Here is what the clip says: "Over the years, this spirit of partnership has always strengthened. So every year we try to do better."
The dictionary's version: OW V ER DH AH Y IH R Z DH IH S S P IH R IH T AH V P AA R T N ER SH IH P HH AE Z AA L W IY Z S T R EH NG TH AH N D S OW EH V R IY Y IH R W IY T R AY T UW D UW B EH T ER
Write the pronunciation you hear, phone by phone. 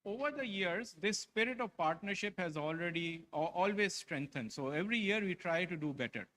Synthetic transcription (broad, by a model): OW V ER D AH Y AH R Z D IH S S P IH R IH T AH V P AA R T N ER SH IH P HH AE Z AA L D IY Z S T R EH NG T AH N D S OW EH V R IY Y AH R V IY T R AY T UW D UW B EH T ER